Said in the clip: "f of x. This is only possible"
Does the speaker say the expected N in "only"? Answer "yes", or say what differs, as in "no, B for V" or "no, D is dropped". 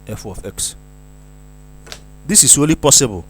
no, N is dropped